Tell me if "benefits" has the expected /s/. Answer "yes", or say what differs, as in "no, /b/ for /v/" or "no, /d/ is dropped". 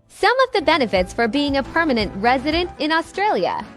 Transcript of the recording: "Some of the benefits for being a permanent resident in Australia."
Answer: yes